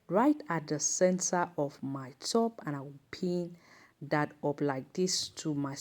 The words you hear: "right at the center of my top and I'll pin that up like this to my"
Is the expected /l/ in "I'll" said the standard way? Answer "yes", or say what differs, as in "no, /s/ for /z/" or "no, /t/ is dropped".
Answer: no, /w/ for /l/